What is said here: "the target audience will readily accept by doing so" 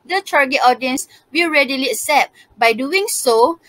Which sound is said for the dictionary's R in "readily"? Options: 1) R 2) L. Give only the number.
1